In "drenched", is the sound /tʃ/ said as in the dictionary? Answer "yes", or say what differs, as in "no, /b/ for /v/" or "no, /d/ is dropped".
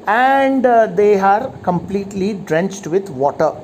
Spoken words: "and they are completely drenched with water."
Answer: yes